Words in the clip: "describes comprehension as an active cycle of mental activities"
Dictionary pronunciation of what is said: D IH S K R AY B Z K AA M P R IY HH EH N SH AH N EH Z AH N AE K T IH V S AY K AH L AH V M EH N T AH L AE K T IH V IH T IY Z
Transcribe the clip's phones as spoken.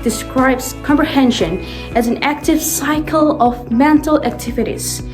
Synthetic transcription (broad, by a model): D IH S K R AY B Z K AA M P R IY HH EH N SH AH N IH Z AH N AE K T IH V S AY K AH L AH V M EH N T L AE K T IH V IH T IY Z